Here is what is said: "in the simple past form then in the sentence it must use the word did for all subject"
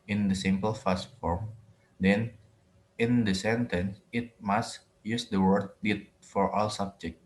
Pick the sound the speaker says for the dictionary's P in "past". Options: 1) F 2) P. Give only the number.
1